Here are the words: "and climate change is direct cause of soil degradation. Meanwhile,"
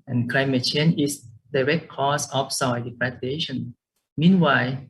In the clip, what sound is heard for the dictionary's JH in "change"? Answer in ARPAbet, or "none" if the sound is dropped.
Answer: none